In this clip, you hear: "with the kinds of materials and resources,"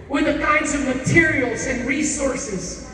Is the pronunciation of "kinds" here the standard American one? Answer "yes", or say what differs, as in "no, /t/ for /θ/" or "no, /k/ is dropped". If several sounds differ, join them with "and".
yes